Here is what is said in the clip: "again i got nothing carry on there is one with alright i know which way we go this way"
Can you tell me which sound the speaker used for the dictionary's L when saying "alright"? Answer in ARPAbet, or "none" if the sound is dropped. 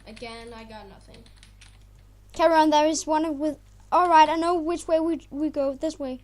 L